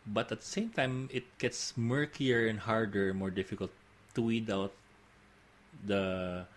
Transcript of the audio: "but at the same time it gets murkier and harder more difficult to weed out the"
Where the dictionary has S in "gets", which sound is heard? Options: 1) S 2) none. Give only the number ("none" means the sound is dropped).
1